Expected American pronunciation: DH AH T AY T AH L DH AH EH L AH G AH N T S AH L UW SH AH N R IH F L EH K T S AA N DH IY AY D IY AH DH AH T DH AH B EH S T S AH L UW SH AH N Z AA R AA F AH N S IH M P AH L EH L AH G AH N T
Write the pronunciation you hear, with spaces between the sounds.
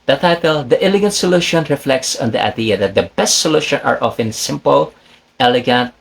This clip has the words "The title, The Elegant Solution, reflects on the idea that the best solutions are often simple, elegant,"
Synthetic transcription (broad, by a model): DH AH T AY T AH L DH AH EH L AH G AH N T S AH L UW SH AH N R IH F L EH K T S AA N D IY AY D IY AH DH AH T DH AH B EH S T S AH L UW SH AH N AA R AA F AH N S IH M P AH L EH L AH G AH N T